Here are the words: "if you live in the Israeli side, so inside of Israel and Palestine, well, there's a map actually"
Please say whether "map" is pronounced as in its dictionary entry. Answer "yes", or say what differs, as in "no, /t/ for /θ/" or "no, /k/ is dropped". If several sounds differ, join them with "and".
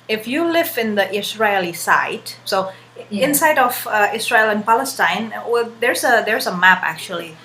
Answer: yes